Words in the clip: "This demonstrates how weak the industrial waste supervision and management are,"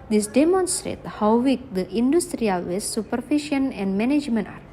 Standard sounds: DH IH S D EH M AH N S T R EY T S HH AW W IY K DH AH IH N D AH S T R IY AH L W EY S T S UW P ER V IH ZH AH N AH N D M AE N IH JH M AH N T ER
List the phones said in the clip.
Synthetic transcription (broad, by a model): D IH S D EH M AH N S T R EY T HH AW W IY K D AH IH N D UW S T R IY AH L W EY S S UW P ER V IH SH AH N AH N D M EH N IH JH M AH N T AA